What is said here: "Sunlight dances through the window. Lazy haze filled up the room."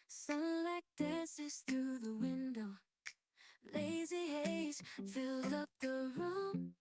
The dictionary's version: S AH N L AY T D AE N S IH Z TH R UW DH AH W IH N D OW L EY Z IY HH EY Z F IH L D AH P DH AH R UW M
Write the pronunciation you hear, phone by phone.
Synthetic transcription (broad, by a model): S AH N L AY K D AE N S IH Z TH R UW DH AH W IH N D OW L EY Z IY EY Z F IH L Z AH P DH AH R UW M